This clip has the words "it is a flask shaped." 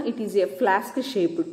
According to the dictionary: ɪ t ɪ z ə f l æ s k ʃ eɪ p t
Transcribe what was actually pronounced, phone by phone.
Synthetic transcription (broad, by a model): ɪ t ɪ z ə f l æ s k ʃ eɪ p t